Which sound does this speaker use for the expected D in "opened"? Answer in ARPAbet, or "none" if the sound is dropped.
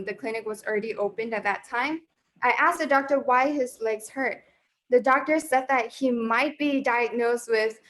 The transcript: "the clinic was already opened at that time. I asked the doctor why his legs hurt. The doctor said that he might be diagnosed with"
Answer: D